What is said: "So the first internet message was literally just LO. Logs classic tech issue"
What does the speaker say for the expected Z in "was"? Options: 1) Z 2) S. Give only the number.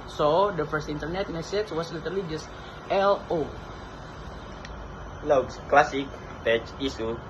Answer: 2